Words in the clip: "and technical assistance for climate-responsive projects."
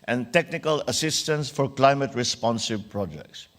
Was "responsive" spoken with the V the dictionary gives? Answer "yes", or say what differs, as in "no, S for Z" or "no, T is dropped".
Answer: no, B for V